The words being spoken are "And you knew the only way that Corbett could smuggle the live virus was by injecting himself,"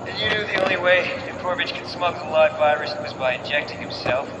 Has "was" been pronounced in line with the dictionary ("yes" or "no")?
yes